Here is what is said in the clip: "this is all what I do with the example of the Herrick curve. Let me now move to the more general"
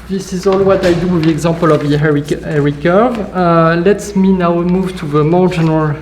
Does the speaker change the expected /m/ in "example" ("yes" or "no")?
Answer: yes